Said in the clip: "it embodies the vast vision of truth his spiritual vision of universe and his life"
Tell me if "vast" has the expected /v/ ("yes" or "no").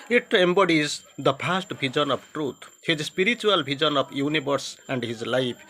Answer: no